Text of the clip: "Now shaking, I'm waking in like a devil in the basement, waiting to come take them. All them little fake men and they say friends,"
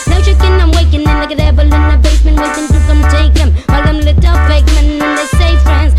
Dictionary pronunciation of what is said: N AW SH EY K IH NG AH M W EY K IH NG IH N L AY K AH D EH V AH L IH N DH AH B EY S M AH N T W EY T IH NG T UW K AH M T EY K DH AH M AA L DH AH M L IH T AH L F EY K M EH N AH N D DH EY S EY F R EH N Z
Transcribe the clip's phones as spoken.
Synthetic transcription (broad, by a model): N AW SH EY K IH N AH M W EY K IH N IH N L AY K AH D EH B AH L IH N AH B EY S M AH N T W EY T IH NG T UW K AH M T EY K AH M AA L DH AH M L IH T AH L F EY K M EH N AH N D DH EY S EY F R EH N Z